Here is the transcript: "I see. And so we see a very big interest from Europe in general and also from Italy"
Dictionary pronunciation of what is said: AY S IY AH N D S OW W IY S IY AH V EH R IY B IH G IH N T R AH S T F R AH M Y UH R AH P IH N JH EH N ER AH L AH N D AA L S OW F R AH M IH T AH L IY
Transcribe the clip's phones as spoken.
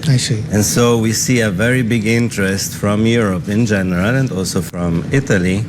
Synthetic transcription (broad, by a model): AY S IY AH N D S OW W IY S IY AH V EH R IY B IH G IH N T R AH S T F R AH M Y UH R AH P IH N JH EH N ER AH L AH N D AA L S OW F R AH M IH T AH L IY